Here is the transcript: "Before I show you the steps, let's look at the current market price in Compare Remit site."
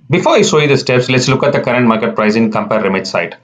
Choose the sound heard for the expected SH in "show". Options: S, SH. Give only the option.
S